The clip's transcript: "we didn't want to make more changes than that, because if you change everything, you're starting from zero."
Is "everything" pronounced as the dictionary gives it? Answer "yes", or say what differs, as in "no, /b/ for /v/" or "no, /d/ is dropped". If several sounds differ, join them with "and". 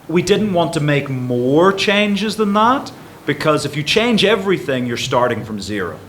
yes